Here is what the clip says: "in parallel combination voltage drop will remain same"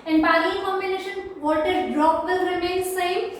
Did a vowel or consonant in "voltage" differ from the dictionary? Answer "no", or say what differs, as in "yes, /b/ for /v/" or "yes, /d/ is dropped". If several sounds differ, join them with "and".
yes, /l/ is dropped and /z/ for /dʒ/